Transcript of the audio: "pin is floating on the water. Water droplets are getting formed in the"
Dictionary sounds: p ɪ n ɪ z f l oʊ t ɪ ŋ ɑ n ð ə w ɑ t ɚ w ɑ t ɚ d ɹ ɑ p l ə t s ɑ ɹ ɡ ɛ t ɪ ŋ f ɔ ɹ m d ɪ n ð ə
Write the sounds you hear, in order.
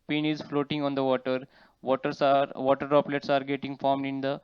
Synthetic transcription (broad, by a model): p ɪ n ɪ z f l oʊ t ɪ ŋ ɑ n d ə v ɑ t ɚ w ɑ t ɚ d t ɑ p l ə t s ɑ ɹ ɡ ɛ t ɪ ŋ f ɔ ɹ m d ɪ n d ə